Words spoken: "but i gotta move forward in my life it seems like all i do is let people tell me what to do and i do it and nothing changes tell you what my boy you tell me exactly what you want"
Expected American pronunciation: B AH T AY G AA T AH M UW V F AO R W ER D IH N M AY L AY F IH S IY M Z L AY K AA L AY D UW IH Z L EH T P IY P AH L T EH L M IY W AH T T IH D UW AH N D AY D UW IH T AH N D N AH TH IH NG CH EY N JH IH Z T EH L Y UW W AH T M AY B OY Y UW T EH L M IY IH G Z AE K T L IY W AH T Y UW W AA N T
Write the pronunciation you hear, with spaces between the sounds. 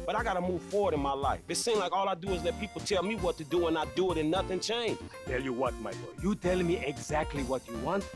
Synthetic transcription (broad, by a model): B AH T AY G AA T AH M UW V F AO R W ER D IH N M AY L AY F IH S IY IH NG L AY K AA L AY D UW IH Z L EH T P IY P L T EH L M IY W AH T T IH D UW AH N AY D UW IH T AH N N AH TH IH NG CH EY N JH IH T EH L Y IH W AH T M AY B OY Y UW T EH L M IY IH G Z AE K T L IY W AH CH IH W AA N T